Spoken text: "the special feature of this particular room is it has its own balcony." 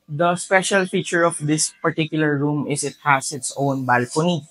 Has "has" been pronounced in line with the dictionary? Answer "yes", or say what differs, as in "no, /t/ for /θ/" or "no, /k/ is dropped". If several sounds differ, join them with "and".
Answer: no, /s/ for /z/